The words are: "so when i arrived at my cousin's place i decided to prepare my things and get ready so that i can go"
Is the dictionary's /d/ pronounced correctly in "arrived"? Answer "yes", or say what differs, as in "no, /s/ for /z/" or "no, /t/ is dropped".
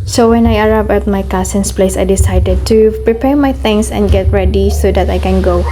no, /d/ is dropped